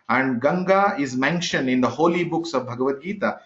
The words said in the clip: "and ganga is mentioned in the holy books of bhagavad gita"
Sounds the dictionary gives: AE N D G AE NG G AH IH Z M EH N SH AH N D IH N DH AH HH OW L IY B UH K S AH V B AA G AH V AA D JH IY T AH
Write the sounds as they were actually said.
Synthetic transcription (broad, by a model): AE N D G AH NG G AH IH Z M EH N SH AH N D IH N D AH HH OW L IY B UH K S AH V B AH G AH V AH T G IY T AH